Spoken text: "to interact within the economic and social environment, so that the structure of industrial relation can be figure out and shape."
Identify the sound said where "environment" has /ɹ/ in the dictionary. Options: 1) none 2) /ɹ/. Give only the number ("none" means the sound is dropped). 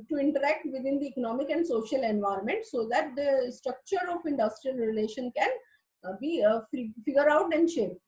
2